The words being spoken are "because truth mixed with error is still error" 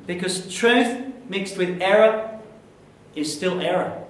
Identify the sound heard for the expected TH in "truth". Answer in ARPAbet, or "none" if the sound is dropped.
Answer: TH